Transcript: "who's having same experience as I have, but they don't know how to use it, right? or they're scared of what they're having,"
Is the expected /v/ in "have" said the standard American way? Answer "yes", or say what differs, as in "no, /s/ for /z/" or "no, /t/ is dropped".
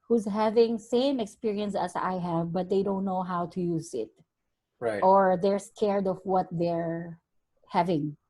yes